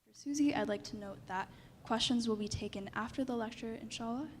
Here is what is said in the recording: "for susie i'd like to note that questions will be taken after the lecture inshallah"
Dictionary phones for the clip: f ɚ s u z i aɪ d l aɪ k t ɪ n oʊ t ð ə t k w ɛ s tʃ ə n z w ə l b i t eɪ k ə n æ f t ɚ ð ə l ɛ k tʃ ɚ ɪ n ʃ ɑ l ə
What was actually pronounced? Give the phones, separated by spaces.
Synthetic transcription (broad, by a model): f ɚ s u z i aɪ d l aɪ k t ɪ n oʊ t ð ə t k w ɛ s tʃ ə n z w ə l b i t eɪ k ə n æ f t ɚ ð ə l ɛ k tʃ ɚ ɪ n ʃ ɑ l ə